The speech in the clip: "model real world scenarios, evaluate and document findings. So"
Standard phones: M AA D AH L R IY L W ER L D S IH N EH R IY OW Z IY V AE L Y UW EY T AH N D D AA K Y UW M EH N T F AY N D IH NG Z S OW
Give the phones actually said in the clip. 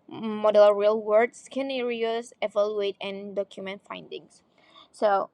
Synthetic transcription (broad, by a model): M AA D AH L R IY L W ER D S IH N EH R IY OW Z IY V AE L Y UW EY T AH N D D AA K Y UW M EH N T F AY N D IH NG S S OW